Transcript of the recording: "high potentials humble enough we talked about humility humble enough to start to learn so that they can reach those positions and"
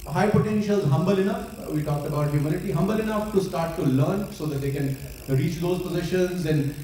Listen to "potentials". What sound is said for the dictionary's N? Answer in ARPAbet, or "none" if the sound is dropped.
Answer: N